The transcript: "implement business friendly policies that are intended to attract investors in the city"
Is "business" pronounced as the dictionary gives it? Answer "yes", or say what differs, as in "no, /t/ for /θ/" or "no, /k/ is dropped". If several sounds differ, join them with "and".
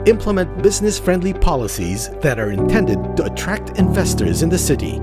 yes